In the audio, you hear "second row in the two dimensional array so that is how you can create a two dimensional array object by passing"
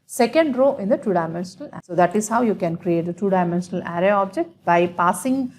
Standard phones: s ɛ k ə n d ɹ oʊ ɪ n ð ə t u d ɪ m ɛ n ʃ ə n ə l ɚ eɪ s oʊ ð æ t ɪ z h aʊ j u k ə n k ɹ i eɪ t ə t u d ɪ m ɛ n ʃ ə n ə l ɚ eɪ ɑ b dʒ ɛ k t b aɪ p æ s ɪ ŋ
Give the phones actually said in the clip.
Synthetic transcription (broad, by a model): s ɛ k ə n d ɹ oʊ ɪ n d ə t u d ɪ m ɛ n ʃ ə n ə l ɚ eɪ s oʊ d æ t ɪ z h aʊ j u k ə n k ɹ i eɪ t ə t u d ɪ m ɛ n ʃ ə n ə l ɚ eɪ ɑ b dʒ ɛ k t b aɪ p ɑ s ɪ ŋ